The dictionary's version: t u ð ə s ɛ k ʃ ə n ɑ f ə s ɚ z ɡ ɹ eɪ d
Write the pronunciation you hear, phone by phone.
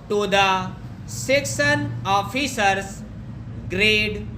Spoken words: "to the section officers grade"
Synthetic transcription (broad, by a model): t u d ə s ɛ k s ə n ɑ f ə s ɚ s ɡ ɹ eɪ d